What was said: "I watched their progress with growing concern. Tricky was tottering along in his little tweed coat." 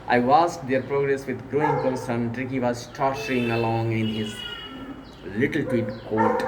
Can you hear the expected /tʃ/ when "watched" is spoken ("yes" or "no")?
no